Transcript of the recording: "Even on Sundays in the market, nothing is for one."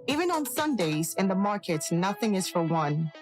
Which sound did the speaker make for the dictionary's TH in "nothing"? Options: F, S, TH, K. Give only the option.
TH